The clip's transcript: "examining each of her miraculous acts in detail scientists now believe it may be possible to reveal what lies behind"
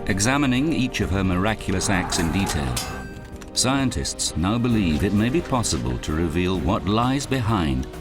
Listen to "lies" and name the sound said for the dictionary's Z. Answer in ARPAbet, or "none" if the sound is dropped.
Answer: Z